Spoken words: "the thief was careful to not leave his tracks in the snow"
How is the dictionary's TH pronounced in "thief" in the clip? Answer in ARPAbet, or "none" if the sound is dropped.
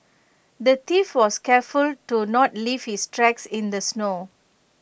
T